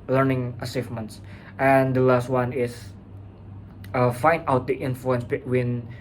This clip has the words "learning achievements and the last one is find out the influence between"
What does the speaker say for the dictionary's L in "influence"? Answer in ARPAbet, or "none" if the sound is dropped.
L